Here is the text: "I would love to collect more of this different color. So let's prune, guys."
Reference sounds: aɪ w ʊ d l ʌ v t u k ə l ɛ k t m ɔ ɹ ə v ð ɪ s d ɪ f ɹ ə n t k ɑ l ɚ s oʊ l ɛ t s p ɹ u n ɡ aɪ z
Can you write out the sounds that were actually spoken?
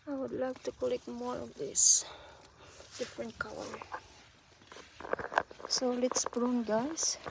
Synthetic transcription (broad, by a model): aɪ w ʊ d l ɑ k t u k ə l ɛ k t m ɔ ɹ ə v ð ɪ s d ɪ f ɹ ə n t k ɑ w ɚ s oʊ l ɛ t s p ɹ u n ɡ aɪ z